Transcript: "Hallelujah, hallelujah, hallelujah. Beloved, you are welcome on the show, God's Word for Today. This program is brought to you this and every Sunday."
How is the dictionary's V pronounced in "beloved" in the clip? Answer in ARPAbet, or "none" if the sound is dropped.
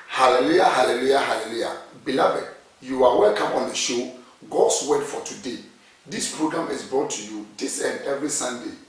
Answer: B